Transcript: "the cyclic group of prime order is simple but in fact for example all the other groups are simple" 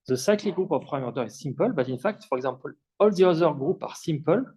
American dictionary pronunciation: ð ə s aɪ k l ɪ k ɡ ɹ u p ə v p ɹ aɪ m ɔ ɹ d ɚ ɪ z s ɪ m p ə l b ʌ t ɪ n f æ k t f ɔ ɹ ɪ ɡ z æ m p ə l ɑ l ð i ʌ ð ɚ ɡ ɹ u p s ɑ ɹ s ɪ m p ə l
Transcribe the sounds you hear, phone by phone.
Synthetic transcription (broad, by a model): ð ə s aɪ k l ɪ ɡ ɹ u p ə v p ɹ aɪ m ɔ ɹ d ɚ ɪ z s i m p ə l b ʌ t ɪ n f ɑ k t f ɔ ɹ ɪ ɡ z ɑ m p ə l ɑ l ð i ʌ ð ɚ ɡ ɹ u p ɑ ɹ s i m p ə l